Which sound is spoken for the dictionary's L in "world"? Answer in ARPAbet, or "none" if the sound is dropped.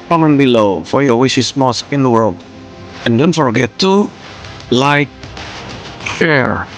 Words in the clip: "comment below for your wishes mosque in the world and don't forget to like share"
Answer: L